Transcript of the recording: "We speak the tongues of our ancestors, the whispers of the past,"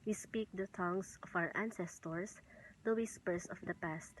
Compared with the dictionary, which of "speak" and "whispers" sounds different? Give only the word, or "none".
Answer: whispers